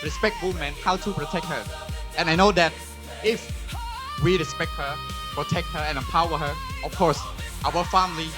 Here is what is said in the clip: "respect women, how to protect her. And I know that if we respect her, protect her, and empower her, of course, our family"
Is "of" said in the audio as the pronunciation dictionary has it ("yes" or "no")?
no